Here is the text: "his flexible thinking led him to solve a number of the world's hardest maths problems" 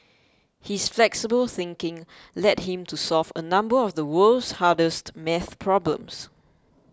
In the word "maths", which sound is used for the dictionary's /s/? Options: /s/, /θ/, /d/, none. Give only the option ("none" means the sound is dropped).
none